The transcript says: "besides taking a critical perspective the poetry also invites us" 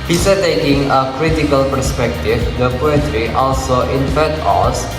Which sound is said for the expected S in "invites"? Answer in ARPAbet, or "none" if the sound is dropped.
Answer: none